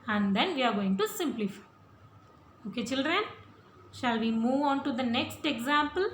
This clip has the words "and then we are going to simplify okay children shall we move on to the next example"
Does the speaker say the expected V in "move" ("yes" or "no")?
yes